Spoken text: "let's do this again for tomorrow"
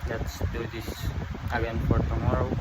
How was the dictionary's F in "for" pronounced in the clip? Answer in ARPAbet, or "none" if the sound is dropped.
P